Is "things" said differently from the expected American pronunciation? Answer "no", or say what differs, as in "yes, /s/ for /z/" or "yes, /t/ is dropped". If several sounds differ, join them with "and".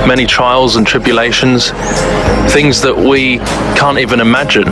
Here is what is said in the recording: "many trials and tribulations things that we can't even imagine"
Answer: no